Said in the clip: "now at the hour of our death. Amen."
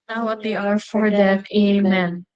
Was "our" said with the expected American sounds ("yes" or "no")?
yes